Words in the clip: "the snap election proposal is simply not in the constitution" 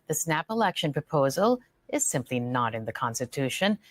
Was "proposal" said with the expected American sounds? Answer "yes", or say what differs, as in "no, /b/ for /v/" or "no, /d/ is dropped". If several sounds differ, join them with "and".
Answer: yes